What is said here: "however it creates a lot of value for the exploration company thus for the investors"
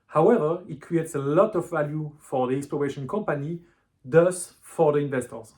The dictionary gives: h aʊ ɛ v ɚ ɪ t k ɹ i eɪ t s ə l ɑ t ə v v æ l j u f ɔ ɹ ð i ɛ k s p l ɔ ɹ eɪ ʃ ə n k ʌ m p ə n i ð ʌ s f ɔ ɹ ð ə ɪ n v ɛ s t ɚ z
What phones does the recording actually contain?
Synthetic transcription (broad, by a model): h aʊ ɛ v ɚ ɪ t k ɹ i eɪ t s ə l ɑ t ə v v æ l j u f ɔ ɹ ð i ɛ k s p l ɔ ɹ eɪ ʃ ə n k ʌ m p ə n i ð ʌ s f ɔ ɹ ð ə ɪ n v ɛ s t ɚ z